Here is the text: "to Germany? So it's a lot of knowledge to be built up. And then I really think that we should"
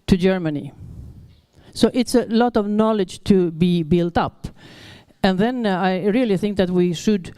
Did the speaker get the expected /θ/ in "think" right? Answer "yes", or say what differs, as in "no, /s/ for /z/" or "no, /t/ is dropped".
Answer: yes